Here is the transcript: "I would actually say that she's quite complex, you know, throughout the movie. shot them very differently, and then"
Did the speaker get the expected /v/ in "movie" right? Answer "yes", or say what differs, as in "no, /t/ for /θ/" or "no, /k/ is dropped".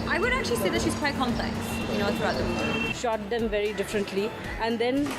no, /v/ is dropped